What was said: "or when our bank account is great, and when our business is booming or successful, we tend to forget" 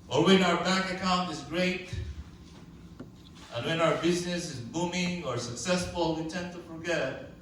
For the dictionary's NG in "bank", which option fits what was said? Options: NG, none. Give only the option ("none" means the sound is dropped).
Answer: none